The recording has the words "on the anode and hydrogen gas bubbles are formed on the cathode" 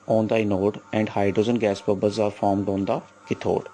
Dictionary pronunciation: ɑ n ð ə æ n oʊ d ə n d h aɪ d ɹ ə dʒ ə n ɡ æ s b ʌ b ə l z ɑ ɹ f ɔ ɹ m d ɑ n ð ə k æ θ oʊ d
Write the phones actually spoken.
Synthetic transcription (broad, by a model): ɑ n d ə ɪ n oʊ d ə n d h aɪ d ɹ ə z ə n ɡ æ s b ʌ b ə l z ɑ ɹ f ɔ ɹ m d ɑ n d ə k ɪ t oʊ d